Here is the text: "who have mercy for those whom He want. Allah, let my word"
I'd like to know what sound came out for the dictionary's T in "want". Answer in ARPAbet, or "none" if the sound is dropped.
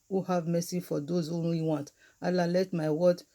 T